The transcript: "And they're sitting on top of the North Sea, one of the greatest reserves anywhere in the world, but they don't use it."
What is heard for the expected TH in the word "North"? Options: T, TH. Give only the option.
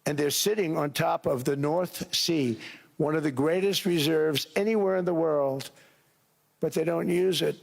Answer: TH